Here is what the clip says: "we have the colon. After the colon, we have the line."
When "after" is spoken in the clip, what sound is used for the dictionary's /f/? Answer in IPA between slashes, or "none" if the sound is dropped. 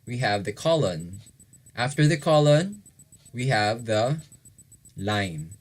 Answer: /f/